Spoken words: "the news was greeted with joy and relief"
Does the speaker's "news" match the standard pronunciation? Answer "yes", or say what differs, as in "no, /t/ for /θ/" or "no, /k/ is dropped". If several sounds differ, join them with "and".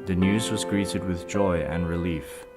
yes